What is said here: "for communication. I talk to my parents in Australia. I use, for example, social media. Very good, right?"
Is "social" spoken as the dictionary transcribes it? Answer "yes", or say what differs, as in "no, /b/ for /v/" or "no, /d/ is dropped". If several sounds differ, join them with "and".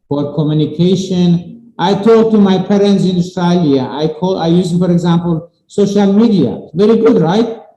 yes